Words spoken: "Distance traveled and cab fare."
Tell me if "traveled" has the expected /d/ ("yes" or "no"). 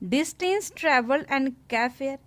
no